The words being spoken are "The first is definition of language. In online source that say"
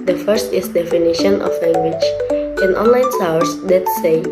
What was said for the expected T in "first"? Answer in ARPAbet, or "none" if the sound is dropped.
T